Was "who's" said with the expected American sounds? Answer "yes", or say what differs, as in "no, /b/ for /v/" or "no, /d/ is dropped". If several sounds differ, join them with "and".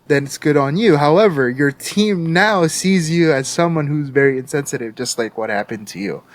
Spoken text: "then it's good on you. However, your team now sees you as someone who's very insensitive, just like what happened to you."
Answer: yes